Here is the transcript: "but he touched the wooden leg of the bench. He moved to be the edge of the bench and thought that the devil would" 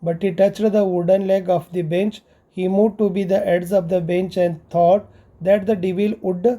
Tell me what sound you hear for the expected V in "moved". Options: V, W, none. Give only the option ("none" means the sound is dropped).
none